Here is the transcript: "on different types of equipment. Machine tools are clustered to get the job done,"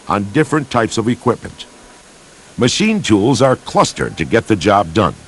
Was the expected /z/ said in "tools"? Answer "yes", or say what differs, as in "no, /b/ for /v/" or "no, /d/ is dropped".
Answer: yes